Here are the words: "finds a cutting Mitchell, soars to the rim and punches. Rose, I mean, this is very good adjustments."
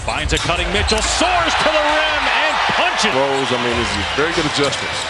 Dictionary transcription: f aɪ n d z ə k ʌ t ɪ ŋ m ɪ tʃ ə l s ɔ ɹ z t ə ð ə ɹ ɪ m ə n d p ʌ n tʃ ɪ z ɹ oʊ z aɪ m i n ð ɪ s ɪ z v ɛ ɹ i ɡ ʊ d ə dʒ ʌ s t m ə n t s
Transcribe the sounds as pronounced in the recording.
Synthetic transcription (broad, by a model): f aɪ n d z ə k ʌ t ɪ ŋ m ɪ tʃ l s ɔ ɹ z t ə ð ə ɹ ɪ m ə n p ʌ n tʃ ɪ ɹ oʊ z aɪ m i n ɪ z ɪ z v ɛ ɹ i ɡ ʊ d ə dʒ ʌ s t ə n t